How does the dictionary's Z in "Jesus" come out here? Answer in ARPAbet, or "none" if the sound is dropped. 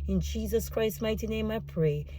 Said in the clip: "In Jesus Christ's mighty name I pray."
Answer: Z